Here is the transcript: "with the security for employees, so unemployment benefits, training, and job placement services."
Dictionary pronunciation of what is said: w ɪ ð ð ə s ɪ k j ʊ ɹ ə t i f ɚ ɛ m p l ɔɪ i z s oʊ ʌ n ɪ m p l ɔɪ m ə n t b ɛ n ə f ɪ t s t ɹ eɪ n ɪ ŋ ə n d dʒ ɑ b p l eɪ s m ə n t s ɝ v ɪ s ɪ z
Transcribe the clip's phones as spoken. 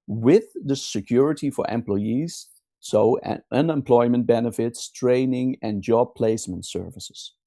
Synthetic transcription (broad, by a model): w ɪ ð ð ə s ɪ k j ʊ ɹ ə t i f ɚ ɛ m p l ɔɪ i z s oʊ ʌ n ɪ m p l ɔɪ m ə n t b ɛ n ə f ɪ t s t ɹ eɪ n ɪ ŋ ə n dʒ ɑ b p l eɪ s m ə n t s ɝ v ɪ s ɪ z